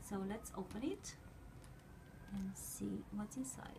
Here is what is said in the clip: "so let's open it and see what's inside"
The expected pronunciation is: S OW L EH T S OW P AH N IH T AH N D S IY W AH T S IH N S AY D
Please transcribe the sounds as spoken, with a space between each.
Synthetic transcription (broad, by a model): S OW L EH T S OW P AH N IH T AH N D S IY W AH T IH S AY